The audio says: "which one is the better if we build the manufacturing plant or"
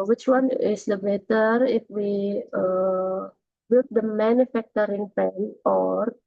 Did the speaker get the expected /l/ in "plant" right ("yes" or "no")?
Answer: no